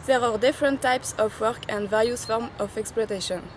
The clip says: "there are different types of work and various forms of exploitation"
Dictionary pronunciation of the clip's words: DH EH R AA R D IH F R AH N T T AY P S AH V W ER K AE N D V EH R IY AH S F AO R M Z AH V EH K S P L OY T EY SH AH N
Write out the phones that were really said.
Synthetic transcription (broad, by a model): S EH R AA R D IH F R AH N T T AY P S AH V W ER K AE N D V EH L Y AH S F AO R M AH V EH K S P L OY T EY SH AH N